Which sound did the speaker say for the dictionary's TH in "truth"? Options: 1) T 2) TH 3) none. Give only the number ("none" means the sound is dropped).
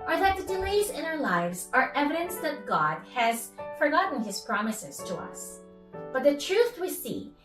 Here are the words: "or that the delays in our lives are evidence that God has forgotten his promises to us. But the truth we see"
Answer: 2